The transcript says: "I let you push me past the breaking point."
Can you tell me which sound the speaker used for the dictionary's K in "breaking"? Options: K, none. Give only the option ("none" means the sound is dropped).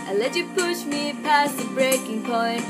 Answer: K